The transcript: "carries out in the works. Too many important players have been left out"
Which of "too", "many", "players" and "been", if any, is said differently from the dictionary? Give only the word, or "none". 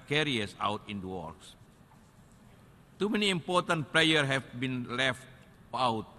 players